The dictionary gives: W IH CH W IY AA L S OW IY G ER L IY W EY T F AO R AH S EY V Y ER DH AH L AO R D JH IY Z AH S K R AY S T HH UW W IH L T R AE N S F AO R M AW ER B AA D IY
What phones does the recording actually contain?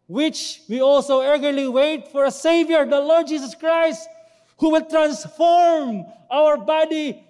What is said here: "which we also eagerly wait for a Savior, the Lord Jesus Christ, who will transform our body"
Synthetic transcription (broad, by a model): W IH CH W IY AA L S OW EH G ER L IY W EY T F AO R AH S EY V Y ER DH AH L AO R D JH IY S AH S K R AY S T HH UW W IH L T R AE N S F AO R M AW ER B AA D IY